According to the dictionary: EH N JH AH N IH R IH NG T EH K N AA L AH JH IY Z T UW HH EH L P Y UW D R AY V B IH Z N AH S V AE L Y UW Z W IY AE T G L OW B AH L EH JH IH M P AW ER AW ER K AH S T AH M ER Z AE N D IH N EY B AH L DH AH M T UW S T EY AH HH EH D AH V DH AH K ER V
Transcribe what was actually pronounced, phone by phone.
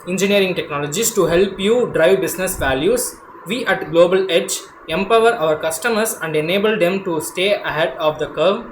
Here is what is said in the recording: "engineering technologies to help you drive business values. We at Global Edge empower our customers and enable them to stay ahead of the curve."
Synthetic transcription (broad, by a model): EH N JH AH N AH R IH NG T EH K N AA L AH JH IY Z T UW HH EH L P Y UW D R AY V B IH S N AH S V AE L Y UW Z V IY AE T G L OW B AH L EH JH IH M P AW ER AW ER K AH S T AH M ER S AE N D IH N EY B AH L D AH M T UW S T EY AH HH EH D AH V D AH K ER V